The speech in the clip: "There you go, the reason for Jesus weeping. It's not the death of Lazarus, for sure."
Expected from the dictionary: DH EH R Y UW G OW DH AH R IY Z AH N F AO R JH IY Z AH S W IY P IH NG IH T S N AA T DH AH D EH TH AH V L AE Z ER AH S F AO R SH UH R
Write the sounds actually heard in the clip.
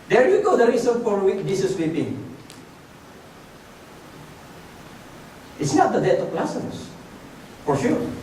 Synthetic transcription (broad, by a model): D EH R Y UW G OW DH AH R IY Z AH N F AO R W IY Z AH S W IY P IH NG IH T S N AA T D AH D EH T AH P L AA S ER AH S F AO R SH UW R